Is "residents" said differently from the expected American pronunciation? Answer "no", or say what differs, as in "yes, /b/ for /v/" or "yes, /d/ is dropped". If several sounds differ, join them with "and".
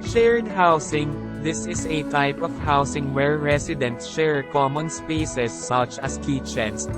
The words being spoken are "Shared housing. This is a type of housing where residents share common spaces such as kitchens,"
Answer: yes, /s/ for /z/